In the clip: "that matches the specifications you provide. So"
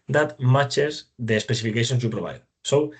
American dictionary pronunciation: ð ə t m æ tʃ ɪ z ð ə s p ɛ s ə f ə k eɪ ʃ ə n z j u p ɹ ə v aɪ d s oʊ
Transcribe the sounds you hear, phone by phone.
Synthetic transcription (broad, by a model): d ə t m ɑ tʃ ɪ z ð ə s p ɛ s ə f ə k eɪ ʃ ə n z j u p ɹ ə b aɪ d s oʊ